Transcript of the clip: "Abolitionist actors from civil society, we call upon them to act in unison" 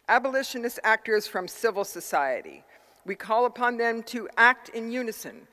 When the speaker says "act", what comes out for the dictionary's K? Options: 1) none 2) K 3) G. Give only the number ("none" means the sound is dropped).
2